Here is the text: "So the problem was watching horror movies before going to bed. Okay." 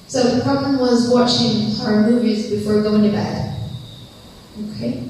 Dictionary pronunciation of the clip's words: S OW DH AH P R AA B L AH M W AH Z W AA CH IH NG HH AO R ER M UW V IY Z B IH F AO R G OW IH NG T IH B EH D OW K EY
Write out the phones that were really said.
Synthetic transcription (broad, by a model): S OW DH AH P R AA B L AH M W AH Z W AA CH IH NG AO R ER M UW V IY Z B IH F AO R G OW IH NG T IH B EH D OW K EY